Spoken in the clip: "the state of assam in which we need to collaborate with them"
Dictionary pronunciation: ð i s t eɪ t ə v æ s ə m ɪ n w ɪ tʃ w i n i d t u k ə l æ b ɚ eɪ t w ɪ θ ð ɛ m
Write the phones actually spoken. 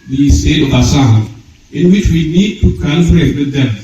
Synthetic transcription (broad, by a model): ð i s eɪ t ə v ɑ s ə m ɪ n w ɪ tʃ w i n i d t u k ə n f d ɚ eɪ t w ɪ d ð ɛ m